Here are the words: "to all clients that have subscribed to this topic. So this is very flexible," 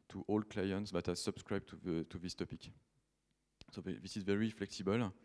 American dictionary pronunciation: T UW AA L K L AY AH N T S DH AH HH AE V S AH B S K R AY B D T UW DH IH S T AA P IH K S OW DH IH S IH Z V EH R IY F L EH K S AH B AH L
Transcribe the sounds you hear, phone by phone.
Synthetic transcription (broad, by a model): T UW AA L K L AY AH N T S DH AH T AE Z S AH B S K R AY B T T UW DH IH S T AA P IH K S OW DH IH S IH Z V EH R IY F L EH K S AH B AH L